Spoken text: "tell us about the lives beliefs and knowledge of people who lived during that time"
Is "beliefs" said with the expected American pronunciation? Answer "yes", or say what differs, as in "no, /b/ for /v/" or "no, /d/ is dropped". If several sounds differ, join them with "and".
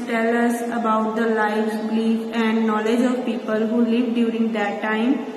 no, /s/ is dropped